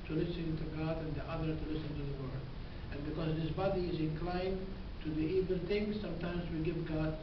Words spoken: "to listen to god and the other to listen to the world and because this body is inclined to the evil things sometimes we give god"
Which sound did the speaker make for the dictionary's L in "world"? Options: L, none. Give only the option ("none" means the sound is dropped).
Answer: none